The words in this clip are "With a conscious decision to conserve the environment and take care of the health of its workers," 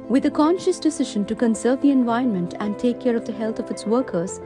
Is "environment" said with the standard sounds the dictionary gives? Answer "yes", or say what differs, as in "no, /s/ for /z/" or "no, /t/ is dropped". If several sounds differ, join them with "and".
no, /ɹ/ is dropped